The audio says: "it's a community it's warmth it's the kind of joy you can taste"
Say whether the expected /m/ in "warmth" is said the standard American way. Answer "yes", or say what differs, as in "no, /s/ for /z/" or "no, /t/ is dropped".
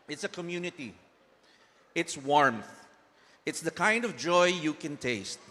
yes